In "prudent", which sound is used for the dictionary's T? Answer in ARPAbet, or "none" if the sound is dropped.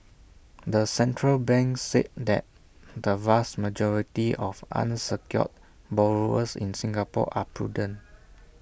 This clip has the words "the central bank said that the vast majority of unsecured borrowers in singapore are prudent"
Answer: none